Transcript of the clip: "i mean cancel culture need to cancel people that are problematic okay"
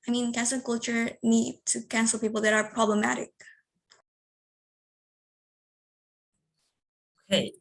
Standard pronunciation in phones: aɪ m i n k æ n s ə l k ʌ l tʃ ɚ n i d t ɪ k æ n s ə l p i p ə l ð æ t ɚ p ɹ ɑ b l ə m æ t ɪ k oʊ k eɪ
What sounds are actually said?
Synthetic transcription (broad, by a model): aɪ m i n k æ n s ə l k ʌ l tʃ ɚ n i d t ɪ k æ n s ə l p i p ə l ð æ t ɚ p ɹ ɑ b l ə m æ t ɪ k oʊ k eɪ